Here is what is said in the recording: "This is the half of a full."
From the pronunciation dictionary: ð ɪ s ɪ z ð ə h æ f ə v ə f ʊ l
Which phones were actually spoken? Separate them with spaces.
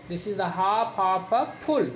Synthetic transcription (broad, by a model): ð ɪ s ɪ z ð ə h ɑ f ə p ə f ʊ l